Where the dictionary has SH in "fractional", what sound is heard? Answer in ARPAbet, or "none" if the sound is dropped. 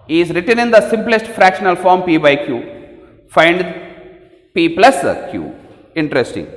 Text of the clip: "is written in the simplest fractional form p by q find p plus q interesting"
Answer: SH